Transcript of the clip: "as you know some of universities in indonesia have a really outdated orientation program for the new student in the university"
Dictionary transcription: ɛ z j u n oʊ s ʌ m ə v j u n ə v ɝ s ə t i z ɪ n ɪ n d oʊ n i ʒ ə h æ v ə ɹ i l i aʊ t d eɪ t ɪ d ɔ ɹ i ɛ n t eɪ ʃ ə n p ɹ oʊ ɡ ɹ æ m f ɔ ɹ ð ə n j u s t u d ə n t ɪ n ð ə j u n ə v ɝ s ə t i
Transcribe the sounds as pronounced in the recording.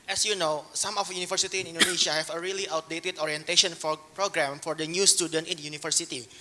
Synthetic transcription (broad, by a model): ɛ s j u n oʊ s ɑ m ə f j u n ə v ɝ s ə t i ɪ n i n d oʊ n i ʃ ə h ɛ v ə ɹ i l i aʊ t d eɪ t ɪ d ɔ ɹ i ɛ n t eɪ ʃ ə n p ɹ oʊ ɡ ɹ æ m f ɔ ɹ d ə n j u s t u d ə n t ɪ n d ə j u n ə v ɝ s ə t i